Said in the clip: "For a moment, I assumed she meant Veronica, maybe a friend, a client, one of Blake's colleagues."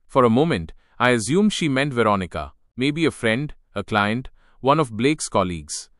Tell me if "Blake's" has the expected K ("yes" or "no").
yes